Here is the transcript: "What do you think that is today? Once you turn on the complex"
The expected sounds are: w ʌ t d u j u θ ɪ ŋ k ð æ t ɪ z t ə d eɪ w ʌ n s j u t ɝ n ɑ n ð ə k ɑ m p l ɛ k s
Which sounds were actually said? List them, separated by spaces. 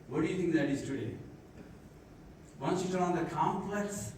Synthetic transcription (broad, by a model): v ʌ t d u j u t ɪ ŋ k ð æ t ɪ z t ə d eɪ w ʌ n s j u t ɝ l ɑ n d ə k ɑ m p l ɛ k s